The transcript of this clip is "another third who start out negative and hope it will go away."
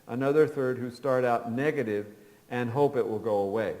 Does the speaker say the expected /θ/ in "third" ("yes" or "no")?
yes